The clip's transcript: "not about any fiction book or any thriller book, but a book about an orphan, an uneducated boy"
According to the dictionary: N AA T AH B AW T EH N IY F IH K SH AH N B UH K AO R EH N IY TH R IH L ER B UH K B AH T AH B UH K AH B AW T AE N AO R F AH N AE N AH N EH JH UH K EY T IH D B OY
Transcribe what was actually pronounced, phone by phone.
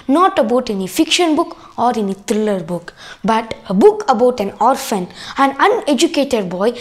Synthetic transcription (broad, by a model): N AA T AH B AW T EH N IY F IH K SH AH N B UH K AO R EH N IY T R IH L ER B UH K B AH T AH B UH K AH B AW T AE N AO R F AH N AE N AH N EH JH UH K EY T IH D B OY